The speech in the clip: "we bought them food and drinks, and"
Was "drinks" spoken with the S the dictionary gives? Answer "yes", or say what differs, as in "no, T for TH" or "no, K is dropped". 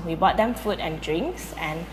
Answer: yes